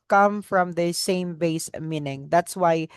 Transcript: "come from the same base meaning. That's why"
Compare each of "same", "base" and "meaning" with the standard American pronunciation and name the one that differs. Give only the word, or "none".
none